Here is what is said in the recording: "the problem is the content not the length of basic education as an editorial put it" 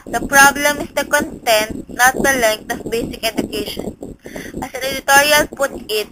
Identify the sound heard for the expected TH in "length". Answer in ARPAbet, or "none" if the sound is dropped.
T